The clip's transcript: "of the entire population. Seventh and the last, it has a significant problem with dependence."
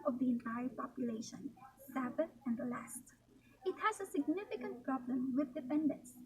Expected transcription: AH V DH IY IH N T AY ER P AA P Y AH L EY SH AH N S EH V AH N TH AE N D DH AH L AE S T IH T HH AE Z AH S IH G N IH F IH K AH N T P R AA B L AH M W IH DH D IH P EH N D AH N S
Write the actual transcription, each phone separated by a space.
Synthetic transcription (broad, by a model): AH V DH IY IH N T AY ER P AA P Y AH L EY SH AH N S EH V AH TH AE N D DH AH L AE S T IH T HH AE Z AH S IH G N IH F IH K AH N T P R AA B L AH M W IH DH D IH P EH N D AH N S